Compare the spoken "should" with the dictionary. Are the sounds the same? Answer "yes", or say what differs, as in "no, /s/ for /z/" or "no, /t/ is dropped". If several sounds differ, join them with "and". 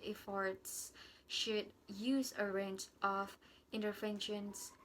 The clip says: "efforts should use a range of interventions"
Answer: yes